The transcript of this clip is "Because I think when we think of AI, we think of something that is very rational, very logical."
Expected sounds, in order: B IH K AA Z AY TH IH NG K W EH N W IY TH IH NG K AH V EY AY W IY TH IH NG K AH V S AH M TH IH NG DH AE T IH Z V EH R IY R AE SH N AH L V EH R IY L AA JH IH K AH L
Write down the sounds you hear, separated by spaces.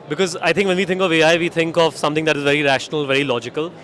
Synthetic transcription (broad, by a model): B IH K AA Z AY T IH NG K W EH N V IY T IH NG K AH V EY AY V IY T IH NG K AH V S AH M T IH NG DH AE T IH Z V EH R IY R AE SH N AH L V EH R IY L AA JH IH K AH L